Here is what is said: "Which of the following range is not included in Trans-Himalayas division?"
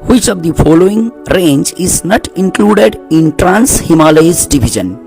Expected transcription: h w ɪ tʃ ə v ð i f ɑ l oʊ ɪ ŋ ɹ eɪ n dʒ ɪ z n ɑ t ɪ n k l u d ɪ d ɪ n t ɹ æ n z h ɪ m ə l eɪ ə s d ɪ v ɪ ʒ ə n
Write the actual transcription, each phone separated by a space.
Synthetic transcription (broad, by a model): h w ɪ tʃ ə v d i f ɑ l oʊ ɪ ŋ ɹ eɪ n dʒ ɪ z n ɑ t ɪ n k l u d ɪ d ɪ n t ɹ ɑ n s h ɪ m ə l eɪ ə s d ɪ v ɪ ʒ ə n